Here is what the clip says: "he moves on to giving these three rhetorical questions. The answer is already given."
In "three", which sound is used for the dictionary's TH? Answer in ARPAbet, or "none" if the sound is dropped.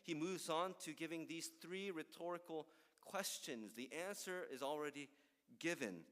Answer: TH